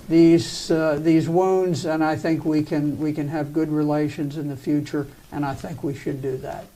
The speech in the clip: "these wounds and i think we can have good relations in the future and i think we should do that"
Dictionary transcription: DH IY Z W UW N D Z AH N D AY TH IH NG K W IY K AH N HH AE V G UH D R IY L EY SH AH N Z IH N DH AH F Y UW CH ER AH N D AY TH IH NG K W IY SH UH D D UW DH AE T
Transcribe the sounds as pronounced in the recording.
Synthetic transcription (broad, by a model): DH IY Z W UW N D Z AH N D AY TH IH NG K W IY K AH N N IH V G UH D R IY L EY SH AH N Z IH N DH AH F Y UW CH ER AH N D AY TH IH NG K W IY SH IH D D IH DH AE T